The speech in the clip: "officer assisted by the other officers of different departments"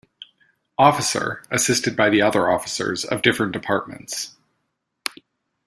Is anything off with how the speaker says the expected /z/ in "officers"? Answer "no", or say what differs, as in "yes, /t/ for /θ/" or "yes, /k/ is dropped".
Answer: no